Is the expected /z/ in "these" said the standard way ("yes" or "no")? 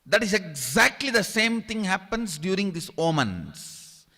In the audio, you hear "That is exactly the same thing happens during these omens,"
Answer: no